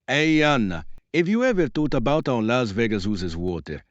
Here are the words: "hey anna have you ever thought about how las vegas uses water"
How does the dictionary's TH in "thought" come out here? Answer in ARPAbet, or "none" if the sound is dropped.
T